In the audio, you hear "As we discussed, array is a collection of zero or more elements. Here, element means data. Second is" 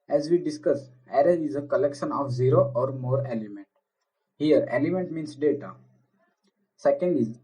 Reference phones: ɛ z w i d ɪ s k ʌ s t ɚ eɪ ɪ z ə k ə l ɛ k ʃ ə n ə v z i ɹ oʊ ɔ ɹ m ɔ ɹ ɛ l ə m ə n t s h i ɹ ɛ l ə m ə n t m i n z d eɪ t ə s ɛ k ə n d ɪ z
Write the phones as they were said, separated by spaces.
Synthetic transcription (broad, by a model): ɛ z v i d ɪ s k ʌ s ɚ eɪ ɪ z ə k ə l ɛ k ʃ ə n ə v z i ɹ oʊ ɔ ɹ m ɔ ɹ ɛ l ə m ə n t h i ɹ ɛ l ə m ə n t m i n s d eɪ t ə s ɛ k ə n d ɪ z